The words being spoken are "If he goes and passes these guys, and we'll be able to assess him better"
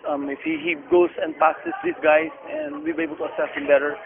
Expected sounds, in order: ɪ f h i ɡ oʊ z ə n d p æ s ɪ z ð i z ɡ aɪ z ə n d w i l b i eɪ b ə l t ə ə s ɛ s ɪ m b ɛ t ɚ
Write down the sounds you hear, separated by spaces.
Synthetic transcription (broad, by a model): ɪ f h i ɡ oʊ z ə n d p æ s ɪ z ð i s ɡ aɪ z ə n d w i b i eɪ b ə l t ə ə s ɛ s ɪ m b ɛ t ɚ